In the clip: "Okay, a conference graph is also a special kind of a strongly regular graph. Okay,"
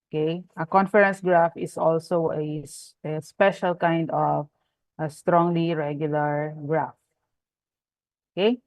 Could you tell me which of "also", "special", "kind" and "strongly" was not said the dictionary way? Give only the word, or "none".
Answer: none